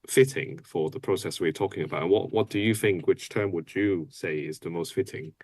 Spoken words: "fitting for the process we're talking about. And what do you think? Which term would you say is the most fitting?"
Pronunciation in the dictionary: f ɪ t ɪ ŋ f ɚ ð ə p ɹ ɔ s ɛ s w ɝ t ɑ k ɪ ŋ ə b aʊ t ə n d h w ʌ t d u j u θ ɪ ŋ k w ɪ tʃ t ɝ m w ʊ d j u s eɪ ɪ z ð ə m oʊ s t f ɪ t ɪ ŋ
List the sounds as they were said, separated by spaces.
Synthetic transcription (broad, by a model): f ɪ t ɪ ŋ f ɚ ð ə p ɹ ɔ s ɛ s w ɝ t ɑ k ɪ ŋ ə b aʊ t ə n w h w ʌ t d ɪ j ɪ θ ɪ ŋ k w ɪ tʃ t ɝ m w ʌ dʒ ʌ s eɪ ɪ z ð ə m oʊ s t f ɪ t ɪ ŋ